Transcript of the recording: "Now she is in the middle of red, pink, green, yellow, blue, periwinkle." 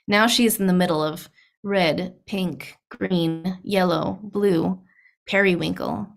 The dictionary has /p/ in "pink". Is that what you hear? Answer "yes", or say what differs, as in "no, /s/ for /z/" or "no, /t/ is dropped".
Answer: yes